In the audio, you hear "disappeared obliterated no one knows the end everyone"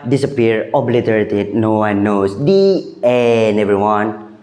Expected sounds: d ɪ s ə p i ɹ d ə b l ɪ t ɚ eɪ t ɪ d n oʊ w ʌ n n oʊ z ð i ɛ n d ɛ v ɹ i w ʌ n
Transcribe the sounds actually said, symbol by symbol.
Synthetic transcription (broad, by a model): d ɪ s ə p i ɹ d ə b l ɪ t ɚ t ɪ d n oʊ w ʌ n n oʊ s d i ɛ n ɛ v ɹ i w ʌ n